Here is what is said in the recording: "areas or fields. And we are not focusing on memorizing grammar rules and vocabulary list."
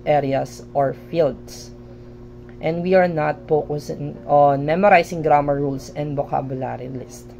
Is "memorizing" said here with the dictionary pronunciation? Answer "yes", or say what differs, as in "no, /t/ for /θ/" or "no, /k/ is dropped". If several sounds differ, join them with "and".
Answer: no, /s/ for /z/